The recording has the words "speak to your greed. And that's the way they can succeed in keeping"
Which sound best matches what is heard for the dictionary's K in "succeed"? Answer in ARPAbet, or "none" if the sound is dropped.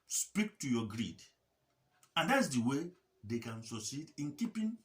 none